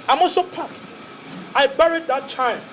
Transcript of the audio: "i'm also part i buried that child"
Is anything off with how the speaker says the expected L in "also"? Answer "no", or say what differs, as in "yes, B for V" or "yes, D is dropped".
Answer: yes, L is dropped